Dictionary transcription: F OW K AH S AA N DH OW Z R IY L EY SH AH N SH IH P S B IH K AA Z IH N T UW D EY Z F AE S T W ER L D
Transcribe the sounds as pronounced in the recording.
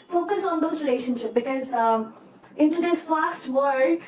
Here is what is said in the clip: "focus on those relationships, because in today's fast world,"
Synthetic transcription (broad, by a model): F OW K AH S AA N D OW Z R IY L EY SH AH N SH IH P B IH K AA Z IH N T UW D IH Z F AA S T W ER D